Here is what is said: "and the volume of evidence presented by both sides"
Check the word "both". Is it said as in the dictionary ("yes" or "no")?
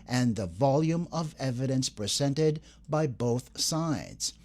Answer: yes